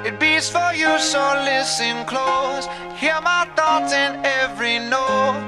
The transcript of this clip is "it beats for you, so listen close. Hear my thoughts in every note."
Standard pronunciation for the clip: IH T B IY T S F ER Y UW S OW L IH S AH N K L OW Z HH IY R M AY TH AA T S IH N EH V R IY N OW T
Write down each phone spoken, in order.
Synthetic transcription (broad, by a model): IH T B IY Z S F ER Y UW S OW L IH S AH N K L OW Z HH IY R M AY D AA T IH N EH V R IY N OW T